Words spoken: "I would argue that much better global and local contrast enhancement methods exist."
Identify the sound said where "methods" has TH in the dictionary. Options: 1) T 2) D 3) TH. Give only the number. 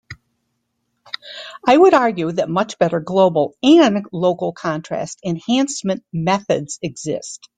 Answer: 3